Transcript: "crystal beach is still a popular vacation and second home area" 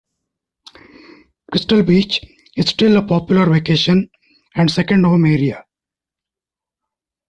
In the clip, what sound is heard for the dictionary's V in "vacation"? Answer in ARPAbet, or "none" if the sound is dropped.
V